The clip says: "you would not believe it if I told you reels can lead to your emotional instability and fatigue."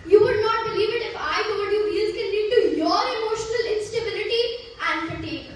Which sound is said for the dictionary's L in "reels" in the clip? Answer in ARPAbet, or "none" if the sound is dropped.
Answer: none